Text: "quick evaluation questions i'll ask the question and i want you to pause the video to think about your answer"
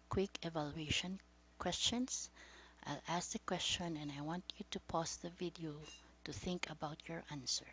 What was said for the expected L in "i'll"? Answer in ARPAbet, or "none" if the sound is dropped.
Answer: L